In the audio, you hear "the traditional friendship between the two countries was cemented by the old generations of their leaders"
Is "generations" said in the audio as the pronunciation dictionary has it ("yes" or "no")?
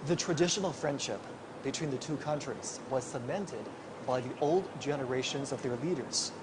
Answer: yes